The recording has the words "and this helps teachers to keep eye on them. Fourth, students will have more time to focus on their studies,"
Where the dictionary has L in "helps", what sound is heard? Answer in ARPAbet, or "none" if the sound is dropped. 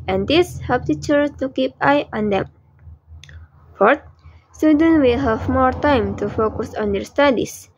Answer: none